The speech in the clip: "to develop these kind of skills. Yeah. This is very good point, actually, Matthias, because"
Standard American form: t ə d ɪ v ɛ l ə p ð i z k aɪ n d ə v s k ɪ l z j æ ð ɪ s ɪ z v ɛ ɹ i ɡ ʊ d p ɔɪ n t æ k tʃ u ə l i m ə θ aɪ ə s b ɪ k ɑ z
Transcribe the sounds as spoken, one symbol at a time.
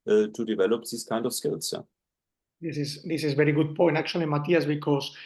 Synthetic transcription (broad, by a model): t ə d ɪ v ɛ l ə p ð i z k aɪ n d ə f s k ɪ l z j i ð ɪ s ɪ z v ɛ ɹ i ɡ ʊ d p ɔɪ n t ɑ k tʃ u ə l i m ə t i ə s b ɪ k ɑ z